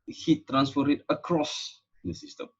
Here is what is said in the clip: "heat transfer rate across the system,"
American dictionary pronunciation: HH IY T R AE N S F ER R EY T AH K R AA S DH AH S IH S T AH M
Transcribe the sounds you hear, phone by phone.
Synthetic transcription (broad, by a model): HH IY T R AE N S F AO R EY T AH K R AA S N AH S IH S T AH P